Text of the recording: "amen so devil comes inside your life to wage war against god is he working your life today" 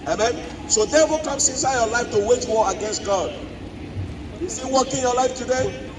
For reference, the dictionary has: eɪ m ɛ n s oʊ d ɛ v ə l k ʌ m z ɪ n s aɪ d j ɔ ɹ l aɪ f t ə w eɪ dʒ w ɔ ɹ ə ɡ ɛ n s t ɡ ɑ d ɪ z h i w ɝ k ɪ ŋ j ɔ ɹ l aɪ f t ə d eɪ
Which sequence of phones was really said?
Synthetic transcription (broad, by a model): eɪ m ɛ n s oʊ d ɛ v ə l k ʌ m s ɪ n s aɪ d j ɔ l aɪ f t ə w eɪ tʃ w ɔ ə ɡ ɛ n s t ɡ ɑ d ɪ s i w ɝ k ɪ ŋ j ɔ l aɪ f t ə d eɪ